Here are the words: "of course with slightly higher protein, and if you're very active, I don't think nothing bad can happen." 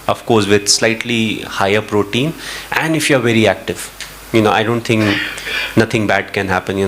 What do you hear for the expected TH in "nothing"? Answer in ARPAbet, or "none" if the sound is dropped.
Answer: T